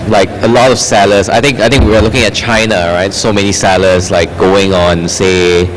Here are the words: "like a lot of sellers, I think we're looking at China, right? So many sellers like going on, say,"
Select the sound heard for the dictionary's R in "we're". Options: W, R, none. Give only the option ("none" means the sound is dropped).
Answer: W